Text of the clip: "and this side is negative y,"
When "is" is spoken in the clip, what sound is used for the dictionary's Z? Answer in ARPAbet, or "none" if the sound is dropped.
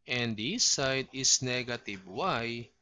S